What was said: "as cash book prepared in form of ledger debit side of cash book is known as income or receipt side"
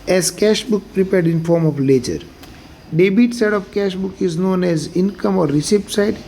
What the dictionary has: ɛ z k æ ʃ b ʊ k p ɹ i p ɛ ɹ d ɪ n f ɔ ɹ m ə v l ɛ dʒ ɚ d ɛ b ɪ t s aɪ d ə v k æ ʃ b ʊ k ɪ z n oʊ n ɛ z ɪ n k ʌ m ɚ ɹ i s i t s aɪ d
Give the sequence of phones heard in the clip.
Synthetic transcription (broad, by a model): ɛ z k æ ʃ b ʊ k p ɹ i p ɛ ɹ d ɪ n f ɔ ɹ m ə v l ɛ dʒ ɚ d ɛ b ɪ t s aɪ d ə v k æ ʃ b ʊ k ɪ z n oʊ n ɛ z ɪ n k ʌ m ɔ ɹ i s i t s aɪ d